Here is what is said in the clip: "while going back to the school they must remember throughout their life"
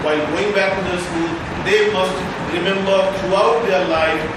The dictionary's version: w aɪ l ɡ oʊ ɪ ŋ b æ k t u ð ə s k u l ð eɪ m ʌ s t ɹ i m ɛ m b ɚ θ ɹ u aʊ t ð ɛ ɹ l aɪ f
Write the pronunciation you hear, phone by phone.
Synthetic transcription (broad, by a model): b aɪ ɡ oʊ ɪ ŋ b æ k t u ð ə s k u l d eɪ m ʌ s t ɹ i m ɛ m b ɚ t ɹ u aʊ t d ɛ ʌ l aɪ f